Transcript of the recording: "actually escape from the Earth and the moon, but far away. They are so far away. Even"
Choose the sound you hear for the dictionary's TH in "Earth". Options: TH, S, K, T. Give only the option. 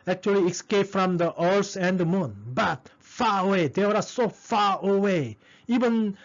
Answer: S